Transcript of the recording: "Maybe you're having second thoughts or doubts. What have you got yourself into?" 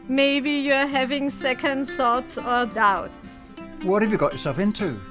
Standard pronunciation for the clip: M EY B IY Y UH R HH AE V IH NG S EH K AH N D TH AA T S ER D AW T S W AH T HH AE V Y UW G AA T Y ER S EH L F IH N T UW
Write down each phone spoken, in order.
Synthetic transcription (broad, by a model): M EY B IY Y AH HH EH V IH NG S EH K AH N D S AA T S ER D AW T S W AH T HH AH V Y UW G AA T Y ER S EH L F IH N T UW